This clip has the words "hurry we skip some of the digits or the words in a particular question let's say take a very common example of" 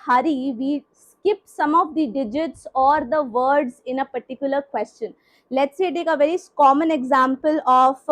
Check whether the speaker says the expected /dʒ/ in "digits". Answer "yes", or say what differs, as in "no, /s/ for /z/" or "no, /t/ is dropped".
yes